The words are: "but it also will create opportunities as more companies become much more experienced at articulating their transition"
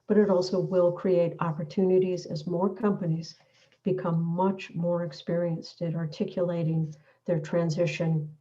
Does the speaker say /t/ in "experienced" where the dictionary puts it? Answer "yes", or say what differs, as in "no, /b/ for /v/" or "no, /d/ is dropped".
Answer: yes